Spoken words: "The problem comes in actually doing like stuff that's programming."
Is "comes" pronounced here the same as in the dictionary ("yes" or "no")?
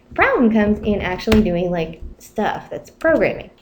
yes